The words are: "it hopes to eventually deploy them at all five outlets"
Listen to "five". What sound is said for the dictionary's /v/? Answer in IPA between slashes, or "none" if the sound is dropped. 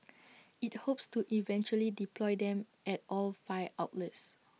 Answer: none